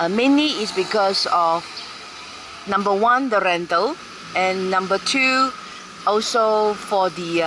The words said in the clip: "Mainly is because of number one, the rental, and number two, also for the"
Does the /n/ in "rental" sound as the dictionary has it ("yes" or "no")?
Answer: yes